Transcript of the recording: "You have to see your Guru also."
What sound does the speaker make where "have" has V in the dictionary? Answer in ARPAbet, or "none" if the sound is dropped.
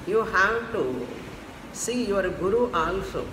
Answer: W